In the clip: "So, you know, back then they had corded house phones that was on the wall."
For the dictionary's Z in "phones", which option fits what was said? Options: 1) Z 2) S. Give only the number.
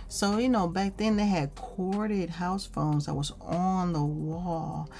1